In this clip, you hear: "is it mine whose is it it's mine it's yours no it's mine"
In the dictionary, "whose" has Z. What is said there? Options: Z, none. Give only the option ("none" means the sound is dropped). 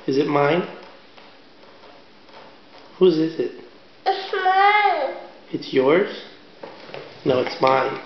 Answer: Z